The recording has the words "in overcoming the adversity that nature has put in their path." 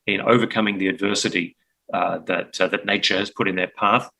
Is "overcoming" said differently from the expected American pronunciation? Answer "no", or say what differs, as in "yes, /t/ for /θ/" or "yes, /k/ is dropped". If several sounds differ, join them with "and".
no